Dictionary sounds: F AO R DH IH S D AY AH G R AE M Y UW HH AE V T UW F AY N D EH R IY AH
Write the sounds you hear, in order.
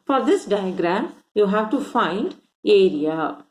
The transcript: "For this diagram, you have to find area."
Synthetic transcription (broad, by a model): F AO R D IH S D AY AH G R AE M Y UW HH AE V T UW F AY N D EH R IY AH